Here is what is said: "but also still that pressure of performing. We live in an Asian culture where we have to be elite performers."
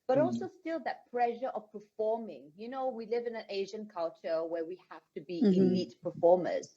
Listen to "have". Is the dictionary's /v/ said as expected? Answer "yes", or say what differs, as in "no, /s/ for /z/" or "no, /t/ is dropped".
no, /f/ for /v/